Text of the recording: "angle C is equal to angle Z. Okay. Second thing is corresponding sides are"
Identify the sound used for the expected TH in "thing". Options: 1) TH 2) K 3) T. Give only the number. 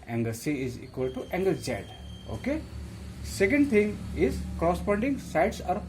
3